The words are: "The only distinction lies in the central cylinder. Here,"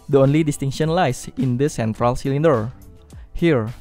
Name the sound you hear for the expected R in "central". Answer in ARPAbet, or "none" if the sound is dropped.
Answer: R